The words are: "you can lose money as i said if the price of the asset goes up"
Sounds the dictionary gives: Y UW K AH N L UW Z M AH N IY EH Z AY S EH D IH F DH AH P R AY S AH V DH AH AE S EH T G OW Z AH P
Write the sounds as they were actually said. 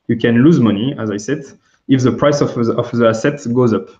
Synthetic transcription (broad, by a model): Y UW K AH N L UW Z M AH N IY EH Z AY S EH D IH F DH AH P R AY S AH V DH AH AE S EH T G OW Z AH P